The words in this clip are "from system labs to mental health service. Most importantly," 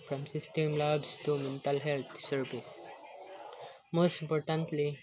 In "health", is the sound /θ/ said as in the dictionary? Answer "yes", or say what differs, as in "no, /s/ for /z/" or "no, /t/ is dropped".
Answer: no, /t/ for /θ/